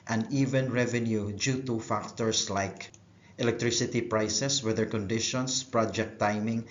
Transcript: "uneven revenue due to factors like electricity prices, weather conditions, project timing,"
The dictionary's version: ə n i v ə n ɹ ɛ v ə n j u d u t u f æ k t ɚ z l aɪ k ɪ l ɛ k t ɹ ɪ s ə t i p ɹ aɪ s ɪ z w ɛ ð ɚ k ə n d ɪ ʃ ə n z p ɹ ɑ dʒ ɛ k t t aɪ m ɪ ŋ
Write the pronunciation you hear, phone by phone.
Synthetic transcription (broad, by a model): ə n i v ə n ɹ ɛ v ə n j u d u t u f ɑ k t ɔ s l aɪ k ɪ l ɛ k t ɹ ɪ s ə t i p ɹ aɪ s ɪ s w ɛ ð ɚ k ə n d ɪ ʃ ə n s p ɹ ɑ dʒ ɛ k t t aɪ m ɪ ŋ